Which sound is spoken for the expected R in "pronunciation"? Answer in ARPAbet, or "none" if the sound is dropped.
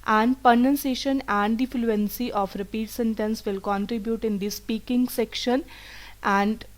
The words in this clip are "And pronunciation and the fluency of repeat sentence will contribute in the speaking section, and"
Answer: none